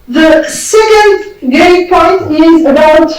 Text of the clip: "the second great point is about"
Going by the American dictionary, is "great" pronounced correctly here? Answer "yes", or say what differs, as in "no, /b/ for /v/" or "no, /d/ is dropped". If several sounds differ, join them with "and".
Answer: no, /ɹ/ is dropped